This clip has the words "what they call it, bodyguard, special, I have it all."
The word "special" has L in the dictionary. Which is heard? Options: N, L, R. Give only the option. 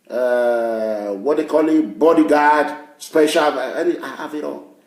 N